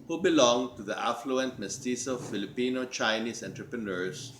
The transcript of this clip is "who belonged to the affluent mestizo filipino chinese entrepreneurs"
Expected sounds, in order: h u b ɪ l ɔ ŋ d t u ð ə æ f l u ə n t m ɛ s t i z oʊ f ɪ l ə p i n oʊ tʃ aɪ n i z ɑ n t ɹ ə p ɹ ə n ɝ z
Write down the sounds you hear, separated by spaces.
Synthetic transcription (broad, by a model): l b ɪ l ɔ ŋ t u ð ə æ f l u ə n t m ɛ s t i s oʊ f ɪ l ə p i n oʊ tʃ aɪ n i s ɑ n t ɹ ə p ɹ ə n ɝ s